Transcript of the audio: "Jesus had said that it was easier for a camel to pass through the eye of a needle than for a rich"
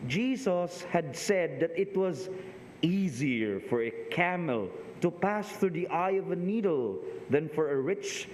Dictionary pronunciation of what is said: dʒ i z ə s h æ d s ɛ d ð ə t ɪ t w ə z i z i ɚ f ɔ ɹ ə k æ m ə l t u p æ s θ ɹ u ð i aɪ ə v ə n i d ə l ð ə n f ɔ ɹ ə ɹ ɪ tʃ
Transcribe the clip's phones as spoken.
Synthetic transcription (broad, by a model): dʒ i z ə s h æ d s ɛ d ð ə t ɪ t w ə z i z i ɚ f ɔ ɹ ə k æ m ə l t u p æ s θ ɹ u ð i aɪ ə v ə n i d ə l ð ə n f ɔ ɹ ə ɹ ɪ tʃ